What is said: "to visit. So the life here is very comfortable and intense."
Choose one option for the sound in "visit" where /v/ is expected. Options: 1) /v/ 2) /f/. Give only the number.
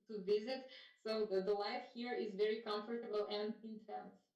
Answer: 1